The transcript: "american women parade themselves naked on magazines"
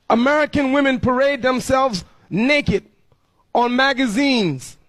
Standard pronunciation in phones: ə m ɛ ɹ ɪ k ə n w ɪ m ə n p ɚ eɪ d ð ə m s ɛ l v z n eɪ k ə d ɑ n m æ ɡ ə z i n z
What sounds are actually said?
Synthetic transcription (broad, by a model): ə m ɛ ɹ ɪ k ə n w ɪ m ə n p ɚ eɪ d ð ə m s ɛ l v z n eɪ k ə d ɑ n m æ ɡ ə z i n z